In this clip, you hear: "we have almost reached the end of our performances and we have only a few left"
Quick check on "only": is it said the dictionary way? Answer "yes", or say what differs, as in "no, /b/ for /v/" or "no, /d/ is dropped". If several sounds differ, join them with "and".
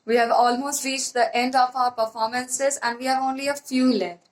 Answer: yes